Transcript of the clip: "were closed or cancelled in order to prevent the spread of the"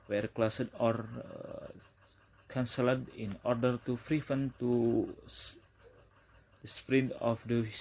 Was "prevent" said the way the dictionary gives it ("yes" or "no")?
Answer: no